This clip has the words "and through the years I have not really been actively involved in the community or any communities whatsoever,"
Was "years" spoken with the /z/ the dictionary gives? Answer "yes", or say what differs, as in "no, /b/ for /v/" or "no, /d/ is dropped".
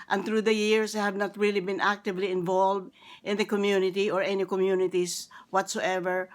no, /s/ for /z/